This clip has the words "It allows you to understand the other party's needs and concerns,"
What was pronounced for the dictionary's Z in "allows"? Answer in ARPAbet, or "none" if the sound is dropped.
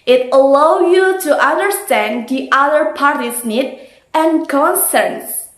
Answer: none